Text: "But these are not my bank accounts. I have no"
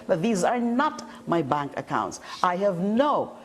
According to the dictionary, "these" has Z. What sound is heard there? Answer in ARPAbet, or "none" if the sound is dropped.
Z